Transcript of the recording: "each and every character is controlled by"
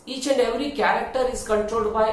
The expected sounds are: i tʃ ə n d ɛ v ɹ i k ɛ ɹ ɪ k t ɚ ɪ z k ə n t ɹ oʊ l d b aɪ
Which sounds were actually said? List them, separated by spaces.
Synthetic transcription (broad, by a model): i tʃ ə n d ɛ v ɹ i k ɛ ɹ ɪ k t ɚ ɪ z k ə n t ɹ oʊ d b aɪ